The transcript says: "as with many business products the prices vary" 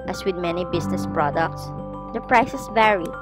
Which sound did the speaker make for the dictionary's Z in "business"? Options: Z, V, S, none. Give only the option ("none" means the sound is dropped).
S